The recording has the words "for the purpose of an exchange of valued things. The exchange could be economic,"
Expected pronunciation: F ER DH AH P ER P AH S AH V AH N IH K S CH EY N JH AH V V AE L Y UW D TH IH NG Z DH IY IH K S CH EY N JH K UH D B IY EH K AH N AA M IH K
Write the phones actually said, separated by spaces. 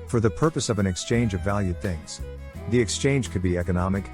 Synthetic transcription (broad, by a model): F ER DH AH P ER P AH S AH V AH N IH K S CH EY N JH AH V V AE L Y UW D TH IH NG Z DH IY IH K S CH EY N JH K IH D B IY EH K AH N AA M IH K